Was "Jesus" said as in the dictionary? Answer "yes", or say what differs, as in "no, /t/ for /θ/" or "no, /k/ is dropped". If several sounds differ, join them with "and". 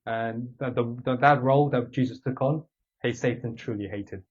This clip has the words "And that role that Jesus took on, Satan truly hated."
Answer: yes